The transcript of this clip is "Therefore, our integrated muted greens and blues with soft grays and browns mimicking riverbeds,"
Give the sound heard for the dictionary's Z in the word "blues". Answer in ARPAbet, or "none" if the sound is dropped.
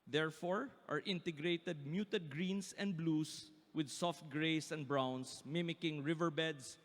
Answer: S